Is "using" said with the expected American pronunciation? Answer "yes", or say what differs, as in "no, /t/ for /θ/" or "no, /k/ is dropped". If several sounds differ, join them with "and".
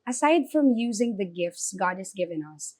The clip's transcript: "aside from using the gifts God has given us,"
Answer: yes